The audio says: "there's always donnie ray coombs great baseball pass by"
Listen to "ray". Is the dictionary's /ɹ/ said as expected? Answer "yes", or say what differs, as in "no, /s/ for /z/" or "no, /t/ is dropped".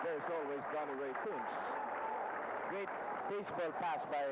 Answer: no, /w/ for /ɹ/